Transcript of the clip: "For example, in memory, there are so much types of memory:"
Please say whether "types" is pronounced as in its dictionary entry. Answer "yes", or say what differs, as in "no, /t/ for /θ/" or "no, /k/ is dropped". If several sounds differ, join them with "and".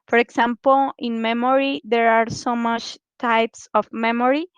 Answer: yes